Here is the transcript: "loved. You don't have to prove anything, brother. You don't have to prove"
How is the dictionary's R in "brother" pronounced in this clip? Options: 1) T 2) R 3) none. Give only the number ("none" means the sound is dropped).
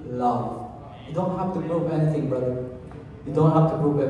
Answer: 3